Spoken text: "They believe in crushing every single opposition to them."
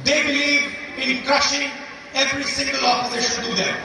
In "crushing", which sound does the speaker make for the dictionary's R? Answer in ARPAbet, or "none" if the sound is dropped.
none